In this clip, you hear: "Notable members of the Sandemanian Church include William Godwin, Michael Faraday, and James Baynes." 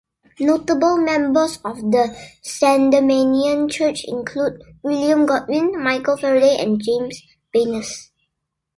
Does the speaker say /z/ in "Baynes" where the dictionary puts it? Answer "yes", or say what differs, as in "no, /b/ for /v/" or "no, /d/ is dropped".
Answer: no, /s/ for /z/